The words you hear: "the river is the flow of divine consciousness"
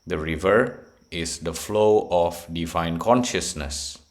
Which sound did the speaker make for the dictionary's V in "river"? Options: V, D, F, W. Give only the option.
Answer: V